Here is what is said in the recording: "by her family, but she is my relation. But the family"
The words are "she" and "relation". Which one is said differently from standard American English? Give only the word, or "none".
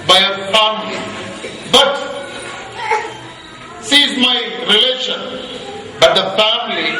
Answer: she